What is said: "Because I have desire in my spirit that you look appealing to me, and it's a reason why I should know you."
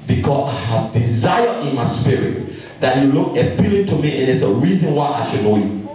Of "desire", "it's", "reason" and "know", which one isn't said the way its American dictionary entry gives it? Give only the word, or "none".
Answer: none